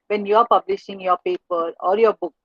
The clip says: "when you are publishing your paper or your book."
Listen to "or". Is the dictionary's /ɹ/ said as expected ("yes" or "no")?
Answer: no